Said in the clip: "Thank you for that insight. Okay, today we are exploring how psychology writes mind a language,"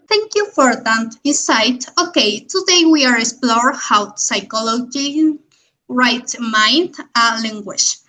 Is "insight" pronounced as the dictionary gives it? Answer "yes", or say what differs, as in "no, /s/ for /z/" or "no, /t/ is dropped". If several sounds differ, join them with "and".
no, /n/ is dropped